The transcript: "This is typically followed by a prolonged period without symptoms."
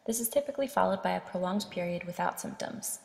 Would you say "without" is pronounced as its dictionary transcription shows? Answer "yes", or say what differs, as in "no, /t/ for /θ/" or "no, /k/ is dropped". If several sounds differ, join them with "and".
yes